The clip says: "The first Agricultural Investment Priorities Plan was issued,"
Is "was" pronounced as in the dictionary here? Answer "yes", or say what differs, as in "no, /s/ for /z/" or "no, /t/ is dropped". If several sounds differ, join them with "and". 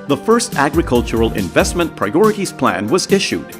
yes